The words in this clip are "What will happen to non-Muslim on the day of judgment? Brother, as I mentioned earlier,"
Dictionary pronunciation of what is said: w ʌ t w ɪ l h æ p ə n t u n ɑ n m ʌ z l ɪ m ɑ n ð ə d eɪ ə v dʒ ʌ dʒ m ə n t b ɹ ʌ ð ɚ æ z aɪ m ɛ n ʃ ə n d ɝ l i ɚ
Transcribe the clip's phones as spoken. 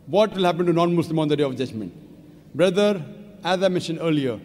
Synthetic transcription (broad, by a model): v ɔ t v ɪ l h æ p ə n t u n ɑ n m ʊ s l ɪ m ɑ n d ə d eɪ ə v dʒ ʌ dʒ m ə n t b ɹ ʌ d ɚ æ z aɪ m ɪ ʃ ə n ɝ l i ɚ